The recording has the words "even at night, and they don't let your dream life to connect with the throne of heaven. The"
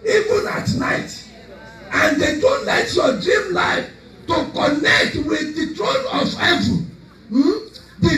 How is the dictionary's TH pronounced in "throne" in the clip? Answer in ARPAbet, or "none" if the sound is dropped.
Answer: T